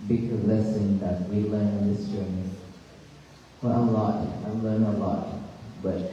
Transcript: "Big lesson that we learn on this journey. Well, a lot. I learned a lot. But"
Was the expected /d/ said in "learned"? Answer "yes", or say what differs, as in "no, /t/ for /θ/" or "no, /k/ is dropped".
no, /d/ is dropped